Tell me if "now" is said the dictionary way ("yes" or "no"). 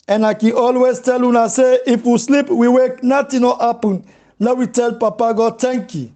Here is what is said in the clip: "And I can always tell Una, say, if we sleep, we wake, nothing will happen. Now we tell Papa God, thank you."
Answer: no